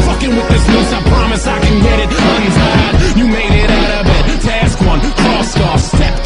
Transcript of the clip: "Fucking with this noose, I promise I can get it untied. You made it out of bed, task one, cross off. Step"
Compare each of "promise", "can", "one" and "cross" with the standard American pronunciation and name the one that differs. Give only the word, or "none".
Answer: cross